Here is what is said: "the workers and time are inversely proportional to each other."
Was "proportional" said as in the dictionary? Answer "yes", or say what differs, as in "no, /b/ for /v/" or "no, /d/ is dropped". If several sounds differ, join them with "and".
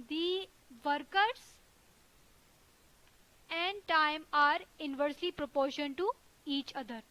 no, /n/ is dropped and /n/ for /l/